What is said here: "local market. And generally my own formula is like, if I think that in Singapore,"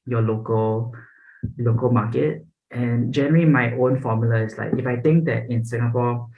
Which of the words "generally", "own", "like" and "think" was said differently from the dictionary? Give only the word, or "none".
think